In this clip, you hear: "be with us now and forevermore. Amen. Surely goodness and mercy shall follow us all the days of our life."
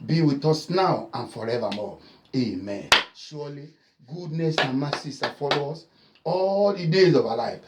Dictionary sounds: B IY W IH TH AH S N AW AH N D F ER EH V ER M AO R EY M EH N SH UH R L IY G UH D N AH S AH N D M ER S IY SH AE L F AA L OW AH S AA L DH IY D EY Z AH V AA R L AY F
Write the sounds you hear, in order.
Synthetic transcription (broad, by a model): B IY W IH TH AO S N AW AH N F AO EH V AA M AO EY M EH N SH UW L IY G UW D N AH S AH N M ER S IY S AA F AA L OW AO S AA L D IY D EY Z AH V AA L AY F